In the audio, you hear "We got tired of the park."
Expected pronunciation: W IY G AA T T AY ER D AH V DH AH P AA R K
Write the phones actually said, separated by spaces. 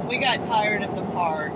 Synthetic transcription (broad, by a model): W IY G AA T T AY ER D AH V DH AH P AA R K